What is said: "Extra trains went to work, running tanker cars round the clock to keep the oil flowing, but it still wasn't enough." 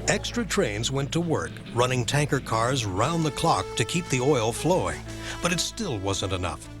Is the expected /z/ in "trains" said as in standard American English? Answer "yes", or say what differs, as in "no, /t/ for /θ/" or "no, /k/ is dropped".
yes